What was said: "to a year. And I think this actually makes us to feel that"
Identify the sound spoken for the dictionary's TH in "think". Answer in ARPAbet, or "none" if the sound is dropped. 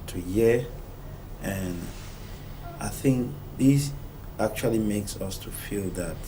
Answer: TH